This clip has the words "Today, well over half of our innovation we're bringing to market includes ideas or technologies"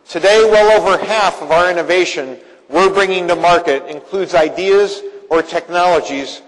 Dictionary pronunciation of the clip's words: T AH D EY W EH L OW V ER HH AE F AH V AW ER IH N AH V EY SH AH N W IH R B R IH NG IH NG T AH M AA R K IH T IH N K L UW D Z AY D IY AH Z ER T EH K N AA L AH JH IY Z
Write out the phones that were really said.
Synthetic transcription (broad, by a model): T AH D EY W EH L OW V ER HH AE F AH V AW ER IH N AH V EY SH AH N W IH R B R IH NG IH NG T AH M AA R K IH T IH N K L UW D Z AY D IY AH Z ER T EH K N AA L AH JH IY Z